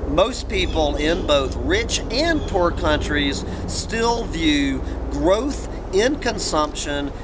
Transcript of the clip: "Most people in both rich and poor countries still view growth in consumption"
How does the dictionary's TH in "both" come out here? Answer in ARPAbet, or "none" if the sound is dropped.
TH